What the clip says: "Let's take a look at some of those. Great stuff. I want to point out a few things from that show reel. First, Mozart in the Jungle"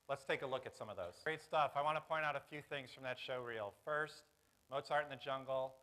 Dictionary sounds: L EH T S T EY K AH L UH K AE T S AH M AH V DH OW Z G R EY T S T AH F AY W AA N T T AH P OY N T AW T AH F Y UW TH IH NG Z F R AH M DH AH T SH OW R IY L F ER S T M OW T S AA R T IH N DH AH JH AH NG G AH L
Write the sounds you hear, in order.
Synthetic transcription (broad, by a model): L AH T S T EY K AH L UH K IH T S AH M AH V DH OW Z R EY T S T AH F AY W AA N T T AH P OY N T AW T AH F Y UW TH IH NG Z F R AH M DH AH T SH OW R IY L F ER S T M OW T S AA R T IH N DH AH JH AH NG G L